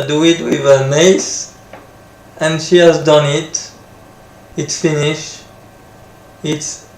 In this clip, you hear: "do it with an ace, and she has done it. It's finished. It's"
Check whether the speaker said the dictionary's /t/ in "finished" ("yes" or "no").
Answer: no